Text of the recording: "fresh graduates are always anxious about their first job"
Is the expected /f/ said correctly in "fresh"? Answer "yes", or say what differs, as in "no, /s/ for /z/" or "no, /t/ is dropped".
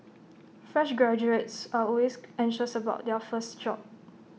yes